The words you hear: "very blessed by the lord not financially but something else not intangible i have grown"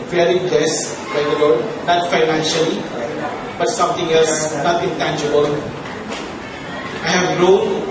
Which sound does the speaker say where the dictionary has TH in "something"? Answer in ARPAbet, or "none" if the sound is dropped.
T